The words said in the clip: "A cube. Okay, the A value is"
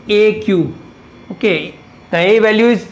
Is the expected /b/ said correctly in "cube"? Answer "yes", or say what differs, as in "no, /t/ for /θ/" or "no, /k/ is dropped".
no, /b/ is dropped